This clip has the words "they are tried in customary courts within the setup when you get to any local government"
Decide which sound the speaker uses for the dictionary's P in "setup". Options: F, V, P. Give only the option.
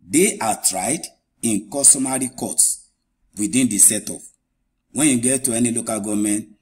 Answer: F